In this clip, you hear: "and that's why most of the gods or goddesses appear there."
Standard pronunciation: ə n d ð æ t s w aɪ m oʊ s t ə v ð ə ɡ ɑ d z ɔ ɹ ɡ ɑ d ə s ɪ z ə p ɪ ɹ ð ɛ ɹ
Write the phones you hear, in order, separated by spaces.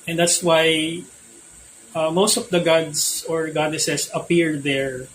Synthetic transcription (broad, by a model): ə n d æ t s w aɪ m oʊ s t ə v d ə ɡ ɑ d s ɔ ɹ ɡ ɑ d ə s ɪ s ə p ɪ ɹ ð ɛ ɹ